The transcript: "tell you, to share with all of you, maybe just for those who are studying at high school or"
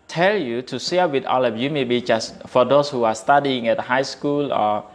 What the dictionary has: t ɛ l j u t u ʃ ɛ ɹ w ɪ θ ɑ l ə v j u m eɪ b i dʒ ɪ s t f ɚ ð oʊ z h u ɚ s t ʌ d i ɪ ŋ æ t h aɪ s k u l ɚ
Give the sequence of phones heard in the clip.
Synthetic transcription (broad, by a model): t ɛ l j u t u s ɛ w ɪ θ ɑ l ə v j u m eɪ b i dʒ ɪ s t f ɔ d oʊ s h u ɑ s t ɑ d i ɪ ŋ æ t h aɪ s k u l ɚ